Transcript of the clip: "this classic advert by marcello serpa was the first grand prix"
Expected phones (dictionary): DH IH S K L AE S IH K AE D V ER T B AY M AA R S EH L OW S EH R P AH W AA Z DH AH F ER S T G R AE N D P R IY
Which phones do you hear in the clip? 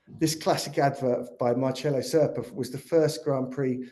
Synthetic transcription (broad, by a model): DH IH S K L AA S IH K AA D V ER T B AY M AA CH EH L OW S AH P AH W AA Z DH AH F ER S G R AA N P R IY